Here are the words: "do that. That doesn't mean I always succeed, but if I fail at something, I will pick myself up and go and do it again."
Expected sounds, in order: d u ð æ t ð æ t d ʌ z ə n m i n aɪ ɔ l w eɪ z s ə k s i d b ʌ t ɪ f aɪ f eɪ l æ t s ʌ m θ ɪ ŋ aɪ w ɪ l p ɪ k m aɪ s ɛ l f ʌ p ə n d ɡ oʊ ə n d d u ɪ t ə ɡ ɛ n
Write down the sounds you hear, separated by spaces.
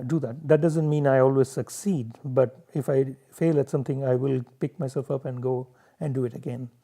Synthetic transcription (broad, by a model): d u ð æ t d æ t d ʌ z ə n m i n aɪ ɔ l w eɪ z s ə k s i d b ʌ t ɪ f aɪ f eɪ l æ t s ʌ m t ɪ ŋ aɪ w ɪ l p ɪ k m aɪ s ɛ l f ʌ p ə n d ɡ oʊ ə n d d u ɪ t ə ɡ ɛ n